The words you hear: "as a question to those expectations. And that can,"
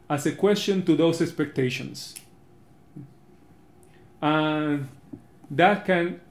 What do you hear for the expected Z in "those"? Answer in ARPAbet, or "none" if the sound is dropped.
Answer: S